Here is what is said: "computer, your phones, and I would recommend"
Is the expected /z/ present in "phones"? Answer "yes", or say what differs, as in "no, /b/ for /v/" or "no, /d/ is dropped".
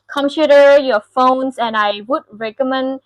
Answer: no, /s/ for /z/